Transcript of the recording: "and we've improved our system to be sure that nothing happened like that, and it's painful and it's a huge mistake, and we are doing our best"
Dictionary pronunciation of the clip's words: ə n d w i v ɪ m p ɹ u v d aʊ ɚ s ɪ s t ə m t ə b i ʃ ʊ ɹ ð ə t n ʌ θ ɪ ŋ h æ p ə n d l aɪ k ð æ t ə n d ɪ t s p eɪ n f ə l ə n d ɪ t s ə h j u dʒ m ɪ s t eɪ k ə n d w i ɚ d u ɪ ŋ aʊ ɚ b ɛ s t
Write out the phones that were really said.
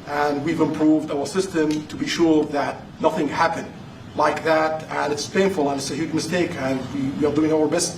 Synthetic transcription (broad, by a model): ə n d w i v ɪ m p ɹ u v d aʊ ɚ s ɪ s t ə m t ə b i ʃ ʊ ɹ ð ə t n ʌ θ ɪ ŋ h æ p ə n d l aɪ k ð æ t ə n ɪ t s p eɪ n f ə l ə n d ɪ t s ə h j u dʒ m ɪ s t eɪ k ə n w w i ɚ d u ɪ ŋ aʊ ɚ b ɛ s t